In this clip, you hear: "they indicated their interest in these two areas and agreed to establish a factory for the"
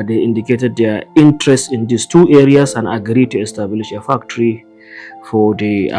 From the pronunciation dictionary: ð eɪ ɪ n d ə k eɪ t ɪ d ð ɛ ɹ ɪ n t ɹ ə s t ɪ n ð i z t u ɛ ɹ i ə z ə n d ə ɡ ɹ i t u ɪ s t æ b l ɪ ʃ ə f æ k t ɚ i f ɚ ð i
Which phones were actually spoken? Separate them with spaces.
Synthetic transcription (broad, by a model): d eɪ ɪ n d ə k eɪ t ɪ d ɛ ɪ n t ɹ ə s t ɪ n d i s t u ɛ ɹ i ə s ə n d ə ɡ ɹ i t u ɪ s t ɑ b l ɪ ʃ ə f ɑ k t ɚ i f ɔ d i